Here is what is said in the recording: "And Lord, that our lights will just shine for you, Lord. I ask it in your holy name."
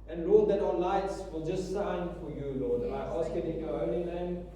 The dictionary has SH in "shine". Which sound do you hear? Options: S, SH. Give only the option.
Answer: S